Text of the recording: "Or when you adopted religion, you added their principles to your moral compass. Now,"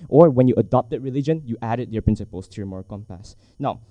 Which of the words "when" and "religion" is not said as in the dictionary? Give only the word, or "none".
none